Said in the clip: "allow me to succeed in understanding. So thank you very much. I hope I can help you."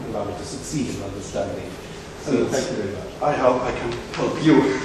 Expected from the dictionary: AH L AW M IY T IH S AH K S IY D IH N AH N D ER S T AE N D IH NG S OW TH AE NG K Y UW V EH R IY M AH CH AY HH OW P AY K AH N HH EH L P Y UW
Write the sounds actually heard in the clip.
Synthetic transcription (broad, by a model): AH L AW M IY T IH S AH K S IY D IH N AH N D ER S T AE N D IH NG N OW F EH K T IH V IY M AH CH AY HH OW P AY K AH N HH EH L P Y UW